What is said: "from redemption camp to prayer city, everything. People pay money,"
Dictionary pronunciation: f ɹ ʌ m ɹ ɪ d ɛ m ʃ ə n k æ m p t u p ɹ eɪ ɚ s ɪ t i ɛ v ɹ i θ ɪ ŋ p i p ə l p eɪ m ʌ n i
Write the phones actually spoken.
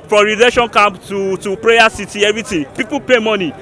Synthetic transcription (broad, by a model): f ɹ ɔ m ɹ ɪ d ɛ ʃ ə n k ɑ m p t u p ɹ eɪ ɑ s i t i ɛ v ɹ i t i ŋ p i p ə p eɪ m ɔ n i